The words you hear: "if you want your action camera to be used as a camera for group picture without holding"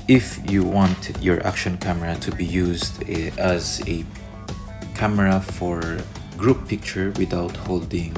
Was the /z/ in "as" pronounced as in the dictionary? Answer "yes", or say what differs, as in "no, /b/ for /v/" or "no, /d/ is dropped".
yes